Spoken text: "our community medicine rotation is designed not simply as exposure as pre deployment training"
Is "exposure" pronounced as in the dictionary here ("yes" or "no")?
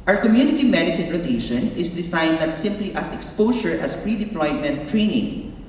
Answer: no